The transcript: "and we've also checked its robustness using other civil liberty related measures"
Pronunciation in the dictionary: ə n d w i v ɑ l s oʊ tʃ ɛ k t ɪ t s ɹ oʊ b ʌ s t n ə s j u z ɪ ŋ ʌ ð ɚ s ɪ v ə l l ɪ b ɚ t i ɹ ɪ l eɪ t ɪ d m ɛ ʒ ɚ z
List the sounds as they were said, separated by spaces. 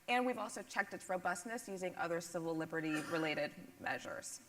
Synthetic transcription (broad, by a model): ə n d w i v ɑ l s oʊ tʃ ɛ k t ɪ t s ɹ oʊ b ʌ s t n ə s j u z ɪ ŋ ʌ ð ɚ s ɪ v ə l l ɪ b ɚ t i ɹ ɪ l eɪ t ɪ d m ɛ ʒ ɚ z